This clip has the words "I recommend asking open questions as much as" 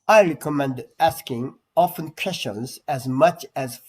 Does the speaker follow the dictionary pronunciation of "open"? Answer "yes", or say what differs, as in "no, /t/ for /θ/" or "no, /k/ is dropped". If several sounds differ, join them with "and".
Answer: no, /f/ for /p/